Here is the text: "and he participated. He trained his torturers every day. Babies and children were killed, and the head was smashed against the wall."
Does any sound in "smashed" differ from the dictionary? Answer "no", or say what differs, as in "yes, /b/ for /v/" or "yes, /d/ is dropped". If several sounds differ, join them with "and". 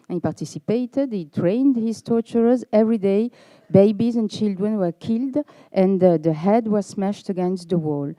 no